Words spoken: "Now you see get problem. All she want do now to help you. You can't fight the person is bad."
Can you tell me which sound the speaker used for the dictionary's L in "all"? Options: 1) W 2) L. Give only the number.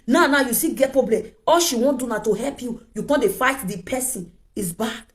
2